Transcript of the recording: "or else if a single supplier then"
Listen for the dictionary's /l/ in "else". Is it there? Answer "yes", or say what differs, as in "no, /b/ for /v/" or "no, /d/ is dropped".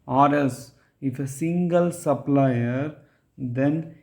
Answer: no, /l/ is dropped